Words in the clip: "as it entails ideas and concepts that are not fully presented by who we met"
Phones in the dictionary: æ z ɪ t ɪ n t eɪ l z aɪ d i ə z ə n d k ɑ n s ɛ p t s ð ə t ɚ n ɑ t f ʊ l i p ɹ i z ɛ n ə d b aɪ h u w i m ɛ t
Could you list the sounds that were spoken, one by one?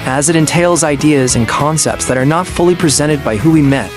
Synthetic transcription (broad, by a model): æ z ɪ t ɪ n t eɪ l z aɪ d i ə z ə n k ɑ n s ɛ p t s ð ə t ɚ n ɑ t f ʊ l i p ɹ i z ɛ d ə d b aɪ h u w i m ɛ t